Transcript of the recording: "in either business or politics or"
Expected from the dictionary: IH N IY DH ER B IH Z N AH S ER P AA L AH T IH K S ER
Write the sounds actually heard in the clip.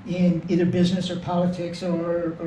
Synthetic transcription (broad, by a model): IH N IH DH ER B IH Z N AH S ER P AA L AH T IH K S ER